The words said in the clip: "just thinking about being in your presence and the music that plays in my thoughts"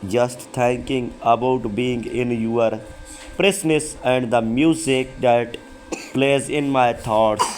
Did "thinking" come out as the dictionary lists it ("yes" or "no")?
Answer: no